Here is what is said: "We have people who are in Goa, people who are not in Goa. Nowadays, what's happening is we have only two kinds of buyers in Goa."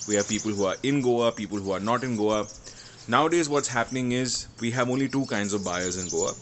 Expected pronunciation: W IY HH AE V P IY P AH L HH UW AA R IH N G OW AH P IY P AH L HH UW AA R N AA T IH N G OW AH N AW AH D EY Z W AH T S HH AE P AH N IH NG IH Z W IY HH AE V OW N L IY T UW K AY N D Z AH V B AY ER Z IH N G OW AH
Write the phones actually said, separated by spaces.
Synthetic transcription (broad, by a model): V IY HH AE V P IY P AH L HH UW AA R IH N G OW AH P IY P AH L HH UW AA R N AA T IH N G OW AH N AW AH D EY Z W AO T S HH AE P AH N IH NG IH Z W IY HH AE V OW N L IY T UW K AY N D Z AH V B AY ER Z IH N G OW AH